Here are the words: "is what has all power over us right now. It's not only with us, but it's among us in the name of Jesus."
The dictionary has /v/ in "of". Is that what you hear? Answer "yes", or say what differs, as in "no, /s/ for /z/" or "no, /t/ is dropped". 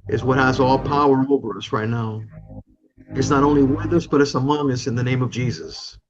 yes